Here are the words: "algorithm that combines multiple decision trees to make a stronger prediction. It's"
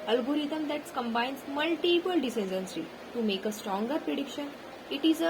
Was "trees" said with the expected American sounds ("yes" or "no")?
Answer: no